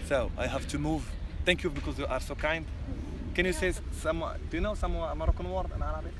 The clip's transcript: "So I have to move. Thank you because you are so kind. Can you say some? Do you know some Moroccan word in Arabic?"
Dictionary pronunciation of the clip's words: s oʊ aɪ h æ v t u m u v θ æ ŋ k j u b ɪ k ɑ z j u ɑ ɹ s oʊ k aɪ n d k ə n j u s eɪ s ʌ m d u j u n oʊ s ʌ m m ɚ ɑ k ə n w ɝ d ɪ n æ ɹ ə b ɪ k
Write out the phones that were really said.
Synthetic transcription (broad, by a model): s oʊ aɪ h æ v t u m u v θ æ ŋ k j u b ɪ k ɑ z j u ɑ ɹ s oʊ k aɪ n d k ə n j u s eɪ s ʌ m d j u n oʊ s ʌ m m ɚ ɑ k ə n w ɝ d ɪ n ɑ ɹ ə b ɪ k